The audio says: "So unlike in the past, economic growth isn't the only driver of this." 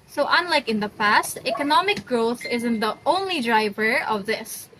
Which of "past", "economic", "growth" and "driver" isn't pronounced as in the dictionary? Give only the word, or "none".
none